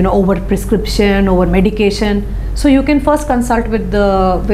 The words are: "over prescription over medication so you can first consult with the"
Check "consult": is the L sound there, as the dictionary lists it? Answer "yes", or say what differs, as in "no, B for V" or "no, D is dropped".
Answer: yes